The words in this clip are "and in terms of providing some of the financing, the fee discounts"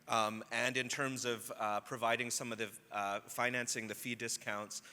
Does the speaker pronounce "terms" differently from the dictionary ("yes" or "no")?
no